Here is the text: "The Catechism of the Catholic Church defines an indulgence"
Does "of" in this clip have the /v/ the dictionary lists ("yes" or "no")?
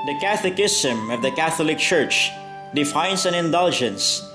yes